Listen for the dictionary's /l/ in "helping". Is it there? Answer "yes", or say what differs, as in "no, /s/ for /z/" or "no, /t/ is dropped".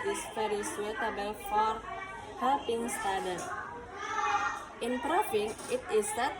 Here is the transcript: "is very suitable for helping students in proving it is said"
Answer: no, /l/ is dropped